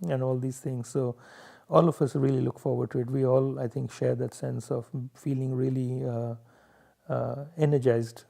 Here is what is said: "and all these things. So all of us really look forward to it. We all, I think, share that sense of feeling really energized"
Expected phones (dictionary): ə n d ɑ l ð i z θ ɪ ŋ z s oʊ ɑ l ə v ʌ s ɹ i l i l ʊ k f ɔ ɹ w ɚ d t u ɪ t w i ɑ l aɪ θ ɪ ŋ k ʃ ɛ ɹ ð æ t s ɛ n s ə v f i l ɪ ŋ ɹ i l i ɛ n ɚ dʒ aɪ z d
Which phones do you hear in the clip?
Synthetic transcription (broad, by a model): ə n ɑ l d i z t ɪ ŋ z s oʊ ɑ l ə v ʌ s ɹ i l i l ʊ k f ɔ ɹ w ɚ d t u ɪ t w i ɑ l aɪ t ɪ ŋ k ʃ ɛ ɹ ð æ t s ɛ n s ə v f i l ɪ ŋ ɹ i l i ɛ n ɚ dʒ aɪ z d